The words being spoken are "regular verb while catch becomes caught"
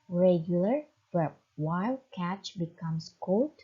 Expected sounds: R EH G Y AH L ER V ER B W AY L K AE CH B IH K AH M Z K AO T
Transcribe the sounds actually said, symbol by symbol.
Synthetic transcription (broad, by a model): R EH G Y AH L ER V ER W AY L K AE CH B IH K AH M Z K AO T